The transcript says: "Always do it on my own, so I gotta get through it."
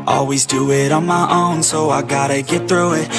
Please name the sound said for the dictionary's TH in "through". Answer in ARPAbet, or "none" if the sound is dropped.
TH